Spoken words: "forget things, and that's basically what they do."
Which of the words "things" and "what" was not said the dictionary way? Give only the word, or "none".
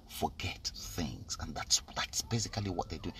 none